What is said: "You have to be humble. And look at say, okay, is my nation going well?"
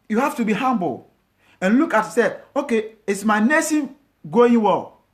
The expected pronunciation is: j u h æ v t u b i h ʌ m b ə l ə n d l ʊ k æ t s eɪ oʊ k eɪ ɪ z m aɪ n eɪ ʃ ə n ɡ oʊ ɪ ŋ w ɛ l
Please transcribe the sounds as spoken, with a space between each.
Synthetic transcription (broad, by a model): j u h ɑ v t u b i h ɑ m b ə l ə n l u k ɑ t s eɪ oʊ k eɪ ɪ s m aɪ n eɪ s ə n ɡ oʊ ɪ ŋ w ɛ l